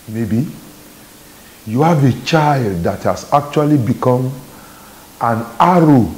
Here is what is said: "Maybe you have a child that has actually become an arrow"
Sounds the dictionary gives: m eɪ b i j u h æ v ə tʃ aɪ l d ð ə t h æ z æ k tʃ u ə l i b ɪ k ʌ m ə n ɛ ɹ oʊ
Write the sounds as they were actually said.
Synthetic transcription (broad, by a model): m eɪ b i j u h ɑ v ə tʃ aɪ l d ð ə t h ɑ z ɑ k tʃ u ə l i b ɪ k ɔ m ə n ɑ ɹ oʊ